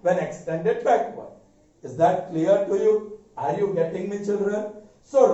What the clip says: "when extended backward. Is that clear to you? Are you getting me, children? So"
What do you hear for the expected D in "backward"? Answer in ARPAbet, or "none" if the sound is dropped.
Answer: none